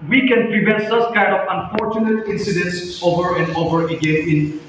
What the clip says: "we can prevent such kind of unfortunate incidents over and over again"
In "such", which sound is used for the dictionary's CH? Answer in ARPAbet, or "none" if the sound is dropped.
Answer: S